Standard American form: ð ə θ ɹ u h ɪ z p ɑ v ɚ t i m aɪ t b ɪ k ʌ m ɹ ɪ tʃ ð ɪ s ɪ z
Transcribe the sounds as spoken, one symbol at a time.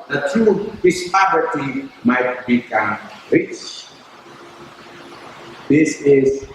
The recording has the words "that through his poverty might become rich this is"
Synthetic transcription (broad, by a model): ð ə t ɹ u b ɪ s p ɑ p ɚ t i m aɪ t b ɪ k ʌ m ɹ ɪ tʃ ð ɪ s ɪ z